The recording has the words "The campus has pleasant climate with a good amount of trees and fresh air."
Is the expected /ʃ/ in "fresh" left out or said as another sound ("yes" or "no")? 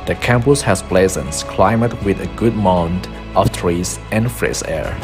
yes